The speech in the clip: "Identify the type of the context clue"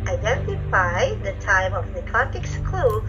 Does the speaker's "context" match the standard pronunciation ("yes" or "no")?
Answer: no